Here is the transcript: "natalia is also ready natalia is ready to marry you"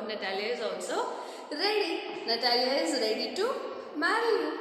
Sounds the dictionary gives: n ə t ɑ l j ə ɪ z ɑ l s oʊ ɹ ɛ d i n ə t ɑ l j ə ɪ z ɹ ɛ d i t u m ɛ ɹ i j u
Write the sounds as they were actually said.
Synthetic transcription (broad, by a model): n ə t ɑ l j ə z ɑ n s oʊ ɹ ɛ d i n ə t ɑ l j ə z ɹ ɛ d i t u m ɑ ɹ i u